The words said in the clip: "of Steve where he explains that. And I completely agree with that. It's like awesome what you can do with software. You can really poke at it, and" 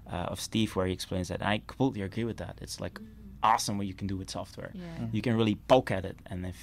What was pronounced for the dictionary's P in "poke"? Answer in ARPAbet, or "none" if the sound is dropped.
B